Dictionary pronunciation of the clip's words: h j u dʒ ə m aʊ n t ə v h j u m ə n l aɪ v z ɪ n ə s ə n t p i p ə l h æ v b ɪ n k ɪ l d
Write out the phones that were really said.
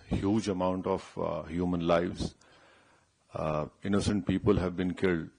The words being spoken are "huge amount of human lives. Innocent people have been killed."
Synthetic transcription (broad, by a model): h j u dʒ ə m aʊ n t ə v h j u m ə n l aɪ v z ɪ n ə s ə n t p i p ə l h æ v b ɪ n k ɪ l d